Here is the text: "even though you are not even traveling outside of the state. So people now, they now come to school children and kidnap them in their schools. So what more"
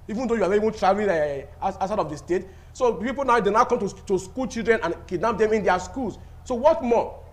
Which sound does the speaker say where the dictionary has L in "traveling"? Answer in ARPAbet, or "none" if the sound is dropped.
N